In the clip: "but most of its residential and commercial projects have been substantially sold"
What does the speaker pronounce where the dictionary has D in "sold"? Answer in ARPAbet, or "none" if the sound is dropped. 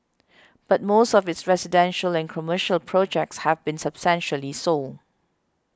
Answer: none